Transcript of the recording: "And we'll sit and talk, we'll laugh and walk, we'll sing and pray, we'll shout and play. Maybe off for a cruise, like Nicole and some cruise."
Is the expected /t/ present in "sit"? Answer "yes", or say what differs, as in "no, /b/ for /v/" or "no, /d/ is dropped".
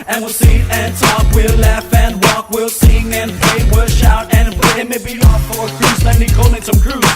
no, /t/ is dropped